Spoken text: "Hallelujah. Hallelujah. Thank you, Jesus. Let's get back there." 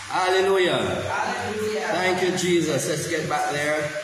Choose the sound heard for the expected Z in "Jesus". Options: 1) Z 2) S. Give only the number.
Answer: 1